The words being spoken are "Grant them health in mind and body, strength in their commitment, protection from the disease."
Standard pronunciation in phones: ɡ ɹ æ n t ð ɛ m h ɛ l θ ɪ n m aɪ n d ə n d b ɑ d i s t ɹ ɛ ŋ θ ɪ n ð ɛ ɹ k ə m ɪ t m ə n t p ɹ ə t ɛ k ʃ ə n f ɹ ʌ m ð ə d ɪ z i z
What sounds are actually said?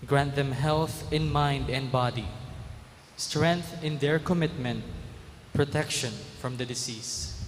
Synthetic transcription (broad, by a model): ɡ ɹ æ n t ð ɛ m h ɛ l θ ɪ n m aɪ n d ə n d b ɑ d i s t ɹ ɛ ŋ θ ɪ n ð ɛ ɹ k ə m ɪ t m ə n t p ɹ ə t ɛ k ʃ ə n f ɹ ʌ m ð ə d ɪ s i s